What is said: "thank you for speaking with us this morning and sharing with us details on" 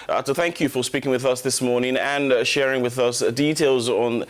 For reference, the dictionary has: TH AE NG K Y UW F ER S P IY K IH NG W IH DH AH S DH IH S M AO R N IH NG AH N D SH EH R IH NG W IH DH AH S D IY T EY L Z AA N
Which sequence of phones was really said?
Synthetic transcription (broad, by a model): TH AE NG K Y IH F ER S P IY K IH NG W IH DH AH S DH IH S M AO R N IH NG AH N SH EH R IH NG W IH DH AH S D IY T EY L Z N